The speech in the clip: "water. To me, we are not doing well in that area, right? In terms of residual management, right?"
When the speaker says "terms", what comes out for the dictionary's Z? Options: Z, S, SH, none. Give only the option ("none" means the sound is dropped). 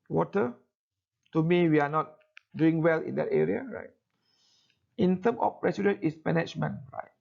none